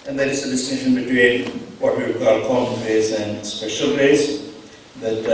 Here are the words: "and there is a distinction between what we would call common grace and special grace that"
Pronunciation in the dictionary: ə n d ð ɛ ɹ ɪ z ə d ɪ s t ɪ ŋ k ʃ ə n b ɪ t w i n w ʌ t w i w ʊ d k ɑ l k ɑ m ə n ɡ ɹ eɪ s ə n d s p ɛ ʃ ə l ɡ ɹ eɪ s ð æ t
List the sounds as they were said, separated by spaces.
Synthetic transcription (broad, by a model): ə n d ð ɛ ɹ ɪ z ə d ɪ s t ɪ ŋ ʃ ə n b ɪ t w i n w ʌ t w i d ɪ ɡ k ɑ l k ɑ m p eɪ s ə n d s p ɛ ʃ ə l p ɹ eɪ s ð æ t